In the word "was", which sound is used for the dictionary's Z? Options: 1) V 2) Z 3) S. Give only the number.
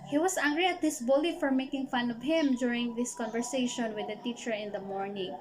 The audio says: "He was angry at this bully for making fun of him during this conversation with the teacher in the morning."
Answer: 3